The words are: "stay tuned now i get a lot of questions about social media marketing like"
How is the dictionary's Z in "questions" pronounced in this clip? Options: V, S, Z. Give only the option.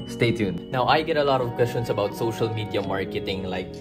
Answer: S